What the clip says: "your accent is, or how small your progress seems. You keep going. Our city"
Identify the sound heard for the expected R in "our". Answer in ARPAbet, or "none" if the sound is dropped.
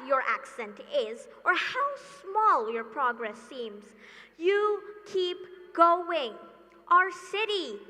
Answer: R